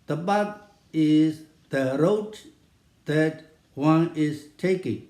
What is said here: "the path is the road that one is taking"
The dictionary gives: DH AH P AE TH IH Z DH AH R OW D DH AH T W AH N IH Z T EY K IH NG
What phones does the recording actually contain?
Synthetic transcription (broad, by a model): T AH B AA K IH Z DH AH R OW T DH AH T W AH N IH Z T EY K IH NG